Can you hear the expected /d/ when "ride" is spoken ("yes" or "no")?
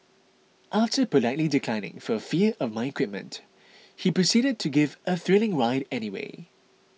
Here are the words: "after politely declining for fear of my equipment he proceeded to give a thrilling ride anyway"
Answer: yes